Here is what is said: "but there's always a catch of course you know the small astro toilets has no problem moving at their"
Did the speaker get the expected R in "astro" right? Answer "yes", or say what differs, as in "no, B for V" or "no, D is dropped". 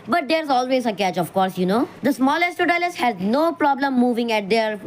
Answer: no, R is dropped